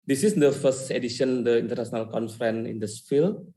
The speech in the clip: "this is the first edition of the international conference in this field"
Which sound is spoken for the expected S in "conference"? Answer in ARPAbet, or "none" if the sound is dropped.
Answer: none